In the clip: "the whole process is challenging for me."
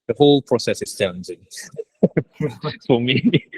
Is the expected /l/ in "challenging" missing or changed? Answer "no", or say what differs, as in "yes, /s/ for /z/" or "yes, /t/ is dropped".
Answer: yes, /l/ is dropped